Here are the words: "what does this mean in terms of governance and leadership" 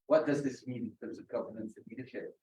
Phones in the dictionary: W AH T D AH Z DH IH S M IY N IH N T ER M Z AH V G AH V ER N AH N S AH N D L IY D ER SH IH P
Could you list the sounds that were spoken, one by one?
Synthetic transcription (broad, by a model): W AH T D AH Z DH IH S M IY N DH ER Z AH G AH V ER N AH N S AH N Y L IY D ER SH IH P